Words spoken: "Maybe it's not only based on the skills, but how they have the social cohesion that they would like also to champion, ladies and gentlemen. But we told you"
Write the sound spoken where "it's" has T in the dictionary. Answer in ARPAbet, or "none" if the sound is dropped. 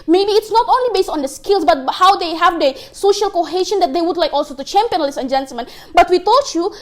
T